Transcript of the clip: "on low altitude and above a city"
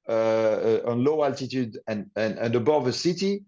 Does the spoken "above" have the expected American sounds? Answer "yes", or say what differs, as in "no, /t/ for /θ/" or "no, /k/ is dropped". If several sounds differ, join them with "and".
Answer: yes